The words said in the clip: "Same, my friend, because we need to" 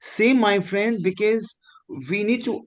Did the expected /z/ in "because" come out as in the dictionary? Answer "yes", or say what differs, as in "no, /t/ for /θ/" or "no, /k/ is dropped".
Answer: yes